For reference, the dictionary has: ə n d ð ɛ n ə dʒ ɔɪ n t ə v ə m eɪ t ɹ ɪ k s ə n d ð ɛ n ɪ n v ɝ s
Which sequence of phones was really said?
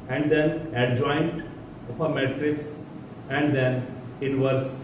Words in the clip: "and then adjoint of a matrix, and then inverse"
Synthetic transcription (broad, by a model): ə n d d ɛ n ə dʒ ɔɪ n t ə p ə m eɪ t ɹ ɪ k s ə n d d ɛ n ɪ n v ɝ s